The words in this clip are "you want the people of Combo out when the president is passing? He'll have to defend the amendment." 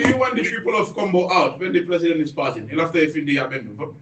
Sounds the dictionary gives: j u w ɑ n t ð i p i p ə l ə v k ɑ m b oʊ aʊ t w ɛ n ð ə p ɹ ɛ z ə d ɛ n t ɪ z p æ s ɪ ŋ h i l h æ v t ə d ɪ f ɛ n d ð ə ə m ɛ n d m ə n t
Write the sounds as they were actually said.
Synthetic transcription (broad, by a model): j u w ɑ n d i p i p ə l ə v k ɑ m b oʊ aʊ t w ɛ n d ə p ɹ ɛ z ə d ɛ n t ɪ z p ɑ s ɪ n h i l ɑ f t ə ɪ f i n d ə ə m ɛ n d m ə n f